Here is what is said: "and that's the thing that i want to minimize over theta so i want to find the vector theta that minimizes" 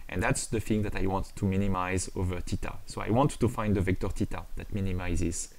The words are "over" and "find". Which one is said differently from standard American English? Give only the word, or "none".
none